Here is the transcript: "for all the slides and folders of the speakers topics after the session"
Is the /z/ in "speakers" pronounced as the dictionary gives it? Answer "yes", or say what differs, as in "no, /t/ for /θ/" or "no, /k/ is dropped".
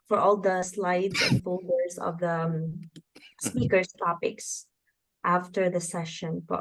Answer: no, /s/ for /z/